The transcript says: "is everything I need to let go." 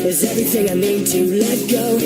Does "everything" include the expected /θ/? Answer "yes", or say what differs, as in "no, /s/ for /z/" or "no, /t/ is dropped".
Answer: yes